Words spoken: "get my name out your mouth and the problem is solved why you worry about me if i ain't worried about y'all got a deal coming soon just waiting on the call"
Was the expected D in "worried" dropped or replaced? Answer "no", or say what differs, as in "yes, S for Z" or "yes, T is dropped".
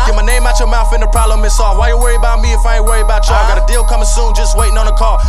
yes, D is dropped